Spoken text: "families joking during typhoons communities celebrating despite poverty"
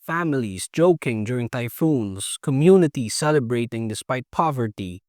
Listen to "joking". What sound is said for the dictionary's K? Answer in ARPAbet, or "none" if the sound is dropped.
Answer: K